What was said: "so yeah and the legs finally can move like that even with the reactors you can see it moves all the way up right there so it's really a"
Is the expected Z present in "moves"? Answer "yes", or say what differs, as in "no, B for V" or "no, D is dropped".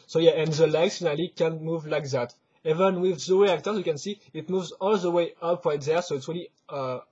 yes